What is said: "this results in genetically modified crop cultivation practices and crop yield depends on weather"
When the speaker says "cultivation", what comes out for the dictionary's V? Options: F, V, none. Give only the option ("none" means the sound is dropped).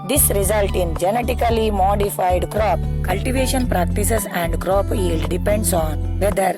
V